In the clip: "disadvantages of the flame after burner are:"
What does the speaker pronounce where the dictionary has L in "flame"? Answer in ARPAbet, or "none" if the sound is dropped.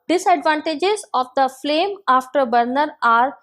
L